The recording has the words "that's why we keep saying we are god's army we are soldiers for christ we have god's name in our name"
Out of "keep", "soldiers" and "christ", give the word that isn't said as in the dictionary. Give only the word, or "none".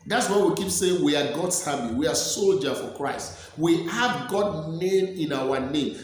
soldiers